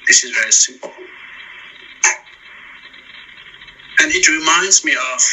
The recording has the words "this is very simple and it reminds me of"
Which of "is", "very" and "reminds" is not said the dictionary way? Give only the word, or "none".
none